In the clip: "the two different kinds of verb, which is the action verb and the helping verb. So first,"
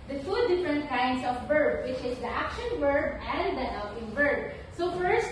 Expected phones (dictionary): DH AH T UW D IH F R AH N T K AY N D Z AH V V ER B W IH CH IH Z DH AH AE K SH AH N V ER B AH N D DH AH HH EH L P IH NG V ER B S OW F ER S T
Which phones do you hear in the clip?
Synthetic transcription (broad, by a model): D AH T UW D IH F R AH N T K AY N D S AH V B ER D W IH CH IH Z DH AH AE K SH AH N W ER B AH N D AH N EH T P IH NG B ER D S OW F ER S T